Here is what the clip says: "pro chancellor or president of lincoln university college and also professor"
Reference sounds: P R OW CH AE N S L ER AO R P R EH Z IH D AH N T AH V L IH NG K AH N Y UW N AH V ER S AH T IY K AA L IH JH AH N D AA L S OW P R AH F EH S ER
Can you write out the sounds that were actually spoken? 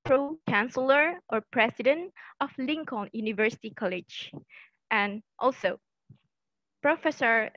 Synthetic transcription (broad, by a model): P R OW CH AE N S L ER AO R P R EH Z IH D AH N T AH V L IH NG K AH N Y UW N AH V ER S AH T IY K AA L IH JH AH N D AA L S OW P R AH F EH S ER